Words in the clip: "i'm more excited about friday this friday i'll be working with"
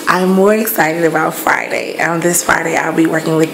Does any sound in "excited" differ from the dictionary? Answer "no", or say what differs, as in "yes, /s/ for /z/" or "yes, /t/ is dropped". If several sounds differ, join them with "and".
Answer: no